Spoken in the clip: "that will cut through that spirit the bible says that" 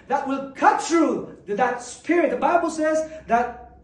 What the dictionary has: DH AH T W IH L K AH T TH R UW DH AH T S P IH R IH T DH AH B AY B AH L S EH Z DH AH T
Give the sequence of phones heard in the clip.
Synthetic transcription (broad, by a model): DH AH T W IH L K AH T TH R UW DH AH T S P IH R IH T DH AH B AY B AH L S EH Z DH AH T